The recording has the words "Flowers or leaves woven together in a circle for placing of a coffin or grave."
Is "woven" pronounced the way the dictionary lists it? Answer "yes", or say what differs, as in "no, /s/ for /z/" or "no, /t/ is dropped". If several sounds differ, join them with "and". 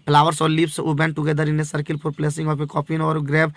no, /b/ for /v/